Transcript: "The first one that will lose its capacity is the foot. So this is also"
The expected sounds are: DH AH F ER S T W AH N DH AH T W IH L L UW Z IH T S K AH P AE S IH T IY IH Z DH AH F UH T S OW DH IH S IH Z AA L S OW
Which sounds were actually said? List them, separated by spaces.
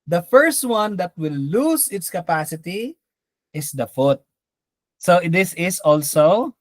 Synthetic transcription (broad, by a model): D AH F ER S T W AH N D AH T W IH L L UW S IH T S K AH P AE S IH T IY IH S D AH F UH T S OW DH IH S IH S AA L S OW